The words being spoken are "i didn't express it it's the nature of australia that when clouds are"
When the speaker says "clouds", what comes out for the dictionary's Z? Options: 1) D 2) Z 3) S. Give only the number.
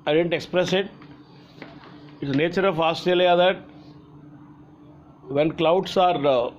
3